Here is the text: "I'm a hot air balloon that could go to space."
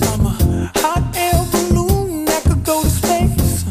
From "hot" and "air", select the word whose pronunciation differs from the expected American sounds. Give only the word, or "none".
air